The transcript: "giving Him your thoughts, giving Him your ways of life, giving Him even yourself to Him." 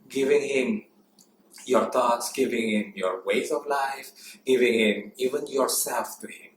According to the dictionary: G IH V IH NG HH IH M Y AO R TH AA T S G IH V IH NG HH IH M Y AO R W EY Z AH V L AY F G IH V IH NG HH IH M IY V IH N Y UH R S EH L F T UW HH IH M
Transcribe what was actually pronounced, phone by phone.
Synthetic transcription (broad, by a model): G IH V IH NG HH IH M Y AO R T AA T S G IH V IH NG HH IH M Y AO R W EY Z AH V L AY F G IH V IH NG HH IH M IY V IH N Y UH R S EH L F T UW HH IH M